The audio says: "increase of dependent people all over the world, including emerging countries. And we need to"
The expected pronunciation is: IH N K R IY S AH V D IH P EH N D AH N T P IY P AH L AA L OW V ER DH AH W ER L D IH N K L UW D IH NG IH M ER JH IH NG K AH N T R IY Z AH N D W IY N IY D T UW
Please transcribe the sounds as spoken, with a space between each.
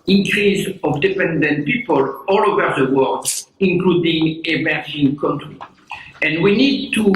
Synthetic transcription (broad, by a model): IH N K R IY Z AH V D IH P EH N D AH N T P IY P AH L AA L OW V ER DH AH W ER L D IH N K L UW D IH NG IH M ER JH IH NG K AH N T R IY AH N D W IY N IY D T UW